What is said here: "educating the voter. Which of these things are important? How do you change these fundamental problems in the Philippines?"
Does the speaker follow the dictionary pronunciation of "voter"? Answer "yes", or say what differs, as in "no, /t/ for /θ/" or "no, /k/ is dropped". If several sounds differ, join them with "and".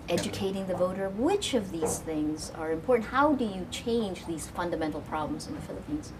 yes